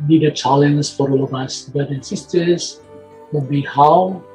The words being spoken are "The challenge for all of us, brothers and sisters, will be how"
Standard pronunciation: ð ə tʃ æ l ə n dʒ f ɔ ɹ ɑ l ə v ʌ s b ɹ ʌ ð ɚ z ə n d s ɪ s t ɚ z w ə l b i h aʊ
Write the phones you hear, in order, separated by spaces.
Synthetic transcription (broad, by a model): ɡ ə tʃ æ l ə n z f ɔ ɹ ɑ l ə v ʌ s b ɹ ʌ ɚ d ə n s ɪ s t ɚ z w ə b i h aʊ